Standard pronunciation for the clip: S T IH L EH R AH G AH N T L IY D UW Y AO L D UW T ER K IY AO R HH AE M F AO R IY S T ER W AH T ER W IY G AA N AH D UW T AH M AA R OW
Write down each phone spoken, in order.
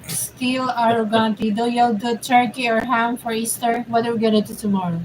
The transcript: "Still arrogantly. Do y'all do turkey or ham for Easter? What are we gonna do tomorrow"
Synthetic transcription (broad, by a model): S T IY L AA R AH G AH N T IY D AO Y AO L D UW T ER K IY AO R HH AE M F AO R IY S T ER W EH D ER W IY G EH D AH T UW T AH M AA R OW